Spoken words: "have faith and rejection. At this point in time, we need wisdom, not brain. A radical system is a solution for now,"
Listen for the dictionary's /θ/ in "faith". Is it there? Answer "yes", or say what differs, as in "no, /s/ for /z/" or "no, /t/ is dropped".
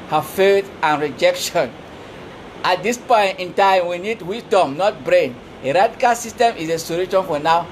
no, /t/ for /θ/